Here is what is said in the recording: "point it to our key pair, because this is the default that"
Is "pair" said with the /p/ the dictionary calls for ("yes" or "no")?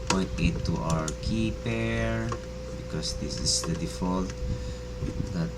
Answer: yes